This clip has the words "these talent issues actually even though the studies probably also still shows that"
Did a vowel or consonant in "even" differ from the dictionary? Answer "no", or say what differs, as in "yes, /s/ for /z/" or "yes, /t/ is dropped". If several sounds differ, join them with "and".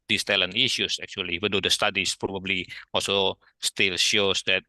yes, /w/ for /v/